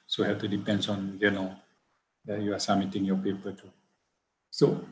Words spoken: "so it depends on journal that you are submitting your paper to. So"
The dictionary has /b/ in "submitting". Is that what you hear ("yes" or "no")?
no